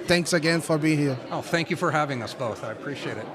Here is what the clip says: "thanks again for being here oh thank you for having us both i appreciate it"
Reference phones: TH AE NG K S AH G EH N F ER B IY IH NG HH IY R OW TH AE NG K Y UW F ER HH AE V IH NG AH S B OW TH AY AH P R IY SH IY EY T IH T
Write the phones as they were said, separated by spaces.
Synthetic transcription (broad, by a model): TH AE NG K S AH G EH N F ER B IY IH NG HH IY R OW TH AE NG K Y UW F ER HH AE V IH NG AH S B OW TH AY AH P R IY SH IY EY T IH T